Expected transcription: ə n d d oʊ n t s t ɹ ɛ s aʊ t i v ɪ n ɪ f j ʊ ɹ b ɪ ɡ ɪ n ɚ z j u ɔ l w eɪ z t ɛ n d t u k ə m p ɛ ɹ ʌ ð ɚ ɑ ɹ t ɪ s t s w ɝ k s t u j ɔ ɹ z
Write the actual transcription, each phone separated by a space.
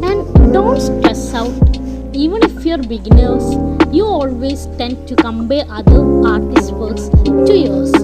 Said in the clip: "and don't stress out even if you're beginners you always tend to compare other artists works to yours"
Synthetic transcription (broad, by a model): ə n d d oʊ n t s t ɹ ɛ s aʊ t i v ɪ n ɪ f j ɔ ɹ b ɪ ɡ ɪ n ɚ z j u ɔ l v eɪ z t ɛ n d t u k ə m b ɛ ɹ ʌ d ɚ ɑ ɹ t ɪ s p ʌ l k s t u j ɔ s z